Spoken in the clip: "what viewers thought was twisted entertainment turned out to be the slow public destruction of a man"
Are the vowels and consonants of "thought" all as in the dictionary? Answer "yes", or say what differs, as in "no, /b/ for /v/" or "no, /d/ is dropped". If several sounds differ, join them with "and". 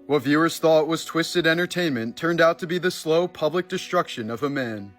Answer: yes